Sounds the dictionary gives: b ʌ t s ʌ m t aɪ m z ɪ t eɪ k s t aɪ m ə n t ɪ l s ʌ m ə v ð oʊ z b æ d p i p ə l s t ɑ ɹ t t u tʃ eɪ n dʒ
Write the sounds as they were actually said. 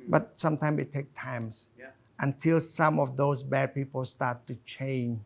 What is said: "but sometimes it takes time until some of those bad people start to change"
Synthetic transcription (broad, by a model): b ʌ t s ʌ m t aɪ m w ɪ t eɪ k t aɪ m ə n t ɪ l s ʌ m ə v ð oʊ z b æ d p i p ə l s t ɑ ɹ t t u tʃ eɪ n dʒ